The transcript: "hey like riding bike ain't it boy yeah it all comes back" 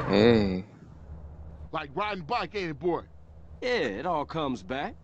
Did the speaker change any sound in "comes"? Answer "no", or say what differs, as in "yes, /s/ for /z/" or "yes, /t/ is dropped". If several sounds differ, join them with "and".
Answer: no